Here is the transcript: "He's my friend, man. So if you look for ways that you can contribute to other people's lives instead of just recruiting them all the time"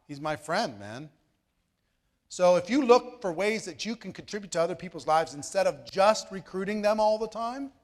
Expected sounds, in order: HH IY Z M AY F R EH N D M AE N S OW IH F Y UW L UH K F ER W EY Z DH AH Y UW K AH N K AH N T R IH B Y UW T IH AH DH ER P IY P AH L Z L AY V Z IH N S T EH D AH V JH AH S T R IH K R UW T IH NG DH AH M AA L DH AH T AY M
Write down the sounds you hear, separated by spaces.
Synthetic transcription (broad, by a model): HH IY Z M AY F R EH N D M AE N S OW IH F Y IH L UH K F ER W EY Z DH AH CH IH K AH N K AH N T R IH B Y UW T IH AH DH ER P IY P L Z L AY V Z IH N S T EH D AH V JH AH S T R IH K R UW T IH NG DH AH M AA L DH AH T AY M